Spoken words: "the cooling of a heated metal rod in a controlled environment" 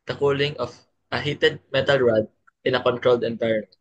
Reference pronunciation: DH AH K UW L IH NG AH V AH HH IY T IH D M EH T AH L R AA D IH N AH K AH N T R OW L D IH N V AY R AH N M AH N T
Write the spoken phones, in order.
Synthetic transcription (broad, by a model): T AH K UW L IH NG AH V AH HH IY T IH D M EH T AH L R AA D IH N AH K AH N T R OW L D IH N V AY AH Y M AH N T